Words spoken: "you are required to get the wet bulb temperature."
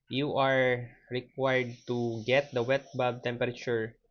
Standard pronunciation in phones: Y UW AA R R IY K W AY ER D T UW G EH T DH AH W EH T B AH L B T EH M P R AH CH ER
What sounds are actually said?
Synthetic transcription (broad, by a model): Y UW AA R R IY K W AY ER D T UW G EH T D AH W EH T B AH B T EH M P R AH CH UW